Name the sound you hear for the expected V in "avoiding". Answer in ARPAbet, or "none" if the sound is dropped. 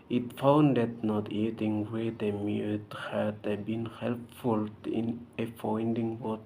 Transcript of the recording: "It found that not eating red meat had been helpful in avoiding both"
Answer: F